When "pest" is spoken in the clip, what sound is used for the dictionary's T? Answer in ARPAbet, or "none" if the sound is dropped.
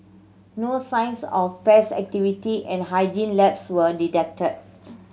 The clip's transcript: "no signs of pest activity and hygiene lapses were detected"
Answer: none